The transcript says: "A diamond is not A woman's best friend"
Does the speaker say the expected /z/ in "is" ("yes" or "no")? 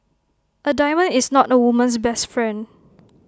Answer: no